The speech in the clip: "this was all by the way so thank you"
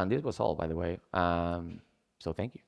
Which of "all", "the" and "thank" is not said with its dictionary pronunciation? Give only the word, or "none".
none